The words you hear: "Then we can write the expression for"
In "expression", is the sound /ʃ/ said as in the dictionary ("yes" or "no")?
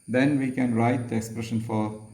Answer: yes